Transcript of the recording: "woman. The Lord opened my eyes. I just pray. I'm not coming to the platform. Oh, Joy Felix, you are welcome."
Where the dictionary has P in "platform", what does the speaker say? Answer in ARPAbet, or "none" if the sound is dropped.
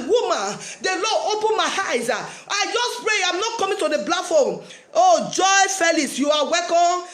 B